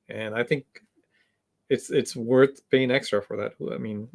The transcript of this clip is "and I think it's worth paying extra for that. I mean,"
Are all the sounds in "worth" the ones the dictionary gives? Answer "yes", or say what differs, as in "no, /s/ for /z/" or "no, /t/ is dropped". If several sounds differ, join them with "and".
yes